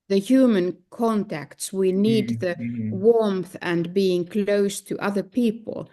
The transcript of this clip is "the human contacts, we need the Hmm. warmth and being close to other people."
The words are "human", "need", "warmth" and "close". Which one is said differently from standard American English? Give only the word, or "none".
none